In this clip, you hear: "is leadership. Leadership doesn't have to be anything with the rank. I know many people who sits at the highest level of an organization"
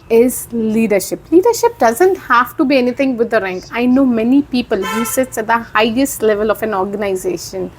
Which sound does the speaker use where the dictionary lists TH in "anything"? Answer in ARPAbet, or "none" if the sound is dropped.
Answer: T